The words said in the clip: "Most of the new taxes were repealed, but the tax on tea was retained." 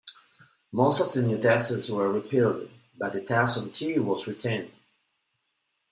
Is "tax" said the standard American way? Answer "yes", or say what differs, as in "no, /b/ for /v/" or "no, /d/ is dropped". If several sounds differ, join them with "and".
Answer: no, /k/ is dropped